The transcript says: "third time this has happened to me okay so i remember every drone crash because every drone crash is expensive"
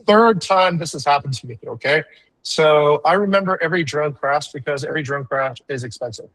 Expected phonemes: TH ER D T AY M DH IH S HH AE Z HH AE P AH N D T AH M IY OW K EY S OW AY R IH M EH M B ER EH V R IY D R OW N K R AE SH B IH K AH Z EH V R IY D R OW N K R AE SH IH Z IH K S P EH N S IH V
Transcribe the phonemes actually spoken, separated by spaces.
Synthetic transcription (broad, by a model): TH ER D T AY M DH IH S HH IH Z HH AE P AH N T AH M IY OW K EY S OW AY R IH M EH M B ER EH V R IY D R OW N K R AE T B IH K AH Z EH V R IY D R OW N K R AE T IH Z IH K S P EH N S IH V